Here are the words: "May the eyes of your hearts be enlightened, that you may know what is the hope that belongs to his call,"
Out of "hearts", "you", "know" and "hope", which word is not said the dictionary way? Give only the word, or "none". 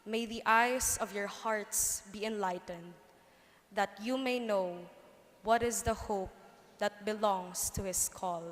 none